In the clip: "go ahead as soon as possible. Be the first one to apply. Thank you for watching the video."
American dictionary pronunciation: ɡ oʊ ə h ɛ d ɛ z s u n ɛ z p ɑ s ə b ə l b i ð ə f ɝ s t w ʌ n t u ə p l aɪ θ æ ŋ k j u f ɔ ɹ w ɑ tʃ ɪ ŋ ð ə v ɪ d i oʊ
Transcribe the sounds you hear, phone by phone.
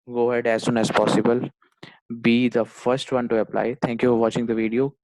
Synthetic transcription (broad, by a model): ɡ oʊ h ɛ d ɛ z s u n ɛ z p ɑ s ə b ə l b i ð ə f ɝ s t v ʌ n t u ə p l aɪ t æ ŋ k j u f ɔ ɹ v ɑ tʃ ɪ ŋ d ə v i d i oʊ